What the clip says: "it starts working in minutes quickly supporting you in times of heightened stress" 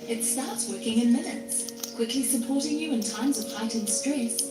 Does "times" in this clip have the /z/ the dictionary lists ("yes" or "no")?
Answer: yes